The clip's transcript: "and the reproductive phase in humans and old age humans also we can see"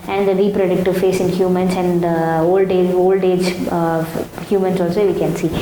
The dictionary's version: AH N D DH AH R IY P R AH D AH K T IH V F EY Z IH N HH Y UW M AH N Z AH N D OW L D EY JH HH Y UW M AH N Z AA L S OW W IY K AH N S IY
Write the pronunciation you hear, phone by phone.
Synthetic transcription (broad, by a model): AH N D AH R IY P R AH D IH K T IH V F EY S IH N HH Y UW M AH N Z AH N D OW L D EY JH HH Y UW M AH N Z AA L S OW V IY K AH N S IY